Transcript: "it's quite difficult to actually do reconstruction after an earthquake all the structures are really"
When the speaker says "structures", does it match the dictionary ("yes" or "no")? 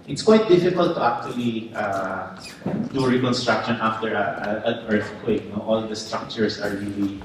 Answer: no